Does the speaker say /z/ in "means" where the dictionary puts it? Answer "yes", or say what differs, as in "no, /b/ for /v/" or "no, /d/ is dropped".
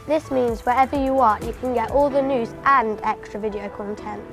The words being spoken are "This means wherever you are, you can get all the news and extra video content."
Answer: yes